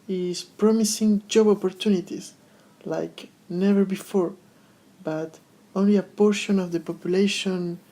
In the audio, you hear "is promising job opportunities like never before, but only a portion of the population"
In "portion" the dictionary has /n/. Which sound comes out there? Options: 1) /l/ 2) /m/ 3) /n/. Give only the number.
3